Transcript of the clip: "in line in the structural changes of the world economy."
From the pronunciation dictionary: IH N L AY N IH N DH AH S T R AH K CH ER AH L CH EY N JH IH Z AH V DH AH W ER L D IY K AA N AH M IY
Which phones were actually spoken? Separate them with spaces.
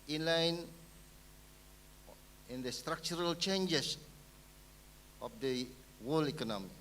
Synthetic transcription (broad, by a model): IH N L AY N IH N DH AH S T R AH K CH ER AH L CH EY N JH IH S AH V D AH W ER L IY K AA N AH M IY